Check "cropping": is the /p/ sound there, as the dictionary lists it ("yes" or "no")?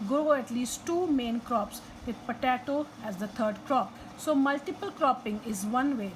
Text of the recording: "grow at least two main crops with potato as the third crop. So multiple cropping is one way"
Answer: yes